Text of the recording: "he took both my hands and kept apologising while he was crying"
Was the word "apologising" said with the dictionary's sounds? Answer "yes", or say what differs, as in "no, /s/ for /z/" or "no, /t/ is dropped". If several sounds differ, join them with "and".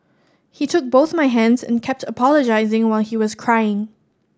yes